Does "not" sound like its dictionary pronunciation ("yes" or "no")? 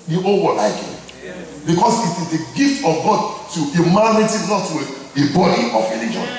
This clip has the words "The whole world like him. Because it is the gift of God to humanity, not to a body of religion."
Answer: no